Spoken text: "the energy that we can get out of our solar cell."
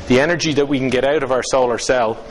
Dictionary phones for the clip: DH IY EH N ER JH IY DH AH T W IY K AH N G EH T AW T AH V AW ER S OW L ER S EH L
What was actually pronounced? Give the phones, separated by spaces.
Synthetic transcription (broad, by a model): DH IY EH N ER JH IY DH AH T W IY K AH N G EH T AW T AH V AW ER S OW L ER S EH L